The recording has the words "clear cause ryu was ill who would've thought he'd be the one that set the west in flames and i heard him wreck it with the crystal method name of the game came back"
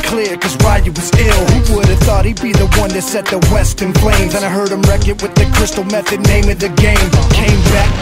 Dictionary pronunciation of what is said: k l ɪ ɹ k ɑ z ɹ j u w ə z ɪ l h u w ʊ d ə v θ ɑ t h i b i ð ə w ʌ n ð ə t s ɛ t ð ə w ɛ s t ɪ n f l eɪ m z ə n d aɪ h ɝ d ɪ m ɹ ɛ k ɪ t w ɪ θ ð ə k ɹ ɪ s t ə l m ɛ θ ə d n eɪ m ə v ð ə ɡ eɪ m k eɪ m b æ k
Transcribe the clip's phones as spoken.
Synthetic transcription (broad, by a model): k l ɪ ɹ k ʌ z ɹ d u w ə z ɪ l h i w ʊ d ə v θ ɑ t h i b i ð ə w ʌ n ð ə t s ɛ t ð ə w ɛ s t ɪ n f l eɪ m z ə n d aɪ h ɝ d ɪ m ɹ ɛ k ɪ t w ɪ ð ə k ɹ ɪ s t l m ɛ θ ə d n eɪ m ə v ð ə ɡ eɪ m k eɪ m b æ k